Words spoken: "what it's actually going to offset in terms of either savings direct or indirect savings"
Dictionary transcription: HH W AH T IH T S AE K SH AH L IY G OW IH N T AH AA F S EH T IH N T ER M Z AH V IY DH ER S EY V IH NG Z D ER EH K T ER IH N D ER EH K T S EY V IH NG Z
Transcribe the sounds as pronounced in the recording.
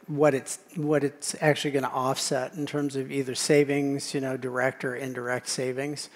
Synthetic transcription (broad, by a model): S W AH T IH T S AE K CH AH L IY G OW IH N T AA F S EH T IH N T ER M Z AH V IY DH ER S EY V IH NG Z D ER EH K T ER IH N D ER EH K T S EY V IH NG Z